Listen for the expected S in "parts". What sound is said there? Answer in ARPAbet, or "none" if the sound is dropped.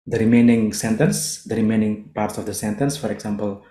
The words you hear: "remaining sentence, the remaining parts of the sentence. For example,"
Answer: S